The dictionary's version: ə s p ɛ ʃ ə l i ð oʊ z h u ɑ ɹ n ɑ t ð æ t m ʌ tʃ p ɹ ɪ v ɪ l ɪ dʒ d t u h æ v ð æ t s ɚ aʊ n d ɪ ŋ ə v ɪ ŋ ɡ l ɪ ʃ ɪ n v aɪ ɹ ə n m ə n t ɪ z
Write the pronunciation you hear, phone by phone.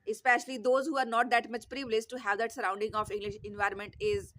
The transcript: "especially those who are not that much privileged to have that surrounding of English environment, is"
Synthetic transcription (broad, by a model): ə s p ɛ ʃ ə l i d oʊ z h u ɑ ɹ n ɑ t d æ t m ʌ tʃ p ɹ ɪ v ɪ l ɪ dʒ t u h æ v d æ t s ɚ aʊ n d ɪ ŋ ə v ɪ ŋ ɡ l ɪ ʃ ɪ n v aɪ ɹ ə n m ə n t ɪ z